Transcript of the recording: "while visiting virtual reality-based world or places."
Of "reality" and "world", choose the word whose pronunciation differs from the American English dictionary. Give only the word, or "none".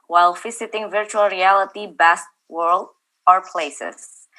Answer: none